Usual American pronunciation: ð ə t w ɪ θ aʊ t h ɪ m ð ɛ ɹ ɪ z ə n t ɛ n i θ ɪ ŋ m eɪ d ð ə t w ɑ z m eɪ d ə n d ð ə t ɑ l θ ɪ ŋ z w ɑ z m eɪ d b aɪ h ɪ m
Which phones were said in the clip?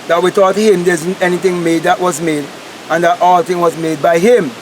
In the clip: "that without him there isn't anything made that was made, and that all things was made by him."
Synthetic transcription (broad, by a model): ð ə t w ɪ t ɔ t h ɪ m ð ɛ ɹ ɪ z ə n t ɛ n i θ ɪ ŋ m eɪ d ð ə t w ɑ z m eɪ d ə n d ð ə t ɑ l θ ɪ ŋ w ɑ z m eɪ d b aɪ h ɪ m